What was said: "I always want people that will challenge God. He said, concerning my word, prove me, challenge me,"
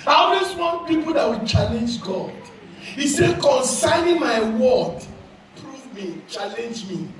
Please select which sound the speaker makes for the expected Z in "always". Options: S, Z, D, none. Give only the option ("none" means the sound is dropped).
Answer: S